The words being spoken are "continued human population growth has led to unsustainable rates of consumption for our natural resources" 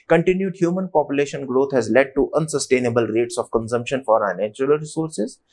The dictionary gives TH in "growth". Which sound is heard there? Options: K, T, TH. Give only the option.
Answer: T